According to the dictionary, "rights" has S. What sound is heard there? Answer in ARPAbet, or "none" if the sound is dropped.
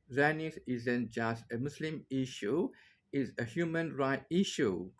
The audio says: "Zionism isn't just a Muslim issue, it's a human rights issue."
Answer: none